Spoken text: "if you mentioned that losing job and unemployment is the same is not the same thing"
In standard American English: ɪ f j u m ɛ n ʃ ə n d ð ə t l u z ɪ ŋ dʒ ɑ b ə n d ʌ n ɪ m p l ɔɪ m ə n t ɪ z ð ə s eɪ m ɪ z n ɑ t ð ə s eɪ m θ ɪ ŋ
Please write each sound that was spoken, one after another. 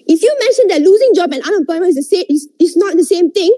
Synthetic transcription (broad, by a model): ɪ f j u m ɛ n ʃ ə n d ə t l u z ɪ ŋ dʒ ɑ b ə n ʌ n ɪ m p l ɔɪ m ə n ɪ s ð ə s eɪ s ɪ s n ɑ t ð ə s eɪ m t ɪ ŋ